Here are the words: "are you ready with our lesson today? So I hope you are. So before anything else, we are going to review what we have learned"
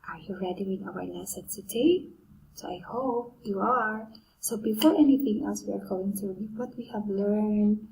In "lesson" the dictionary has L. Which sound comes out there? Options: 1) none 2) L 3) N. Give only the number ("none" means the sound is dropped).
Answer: 3